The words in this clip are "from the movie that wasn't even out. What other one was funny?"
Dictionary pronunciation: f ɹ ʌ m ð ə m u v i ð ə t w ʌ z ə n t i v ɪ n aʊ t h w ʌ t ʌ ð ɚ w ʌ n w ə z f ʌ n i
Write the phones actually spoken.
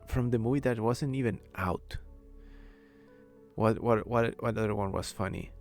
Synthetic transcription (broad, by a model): f ɹ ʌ m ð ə m u v i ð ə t w ʌ z ə n t i v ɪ n aʊ t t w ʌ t ʌ ð ɚ w ʌ n w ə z f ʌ n i